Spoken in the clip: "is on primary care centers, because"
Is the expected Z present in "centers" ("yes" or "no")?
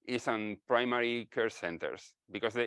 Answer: no